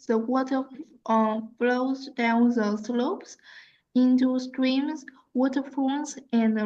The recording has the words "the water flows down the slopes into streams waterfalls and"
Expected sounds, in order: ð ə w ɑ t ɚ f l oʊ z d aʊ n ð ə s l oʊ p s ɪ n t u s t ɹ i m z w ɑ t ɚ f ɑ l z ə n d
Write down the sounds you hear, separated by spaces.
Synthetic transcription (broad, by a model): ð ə w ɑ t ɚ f l oʊ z d aʊ n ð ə s l oʊ p s ɪ n t u s t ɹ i m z w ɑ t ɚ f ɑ n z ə n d